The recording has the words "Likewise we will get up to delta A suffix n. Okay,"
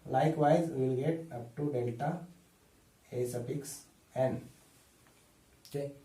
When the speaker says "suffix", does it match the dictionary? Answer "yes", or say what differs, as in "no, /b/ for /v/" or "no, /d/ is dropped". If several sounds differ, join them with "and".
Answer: no, /p/ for /f/